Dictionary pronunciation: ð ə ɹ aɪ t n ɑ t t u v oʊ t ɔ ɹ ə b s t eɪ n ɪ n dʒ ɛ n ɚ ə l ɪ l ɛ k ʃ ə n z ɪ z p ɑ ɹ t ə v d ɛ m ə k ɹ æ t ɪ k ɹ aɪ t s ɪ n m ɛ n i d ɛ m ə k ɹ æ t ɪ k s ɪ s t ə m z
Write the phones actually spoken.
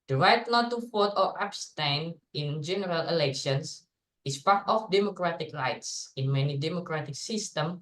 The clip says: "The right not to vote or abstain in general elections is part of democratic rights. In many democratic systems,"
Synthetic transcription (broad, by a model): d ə ɹ aɪ t n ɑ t t u f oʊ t ɔ ɹ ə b s t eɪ n ɪ n dʒ ɛ n ɚ ə l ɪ l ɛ k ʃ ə n s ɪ s p ɑ ɹ t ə f d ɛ m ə k ɹ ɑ t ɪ k ɹ aɪ t s ɪ n m ɛ n i d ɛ m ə k ɹ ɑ t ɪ k s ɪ s t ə m